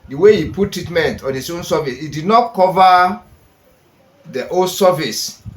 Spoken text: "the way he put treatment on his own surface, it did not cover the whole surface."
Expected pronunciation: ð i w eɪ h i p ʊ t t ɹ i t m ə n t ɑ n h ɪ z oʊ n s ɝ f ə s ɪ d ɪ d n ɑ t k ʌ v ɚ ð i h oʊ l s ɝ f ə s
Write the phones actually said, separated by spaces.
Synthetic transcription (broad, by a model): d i w eɪ h i p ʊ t t ɹ i t m ə n t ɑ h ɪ s oʊ n s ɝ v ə s ɪ d ɪ d n ɑ t k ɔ v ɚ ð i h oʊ s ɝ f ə s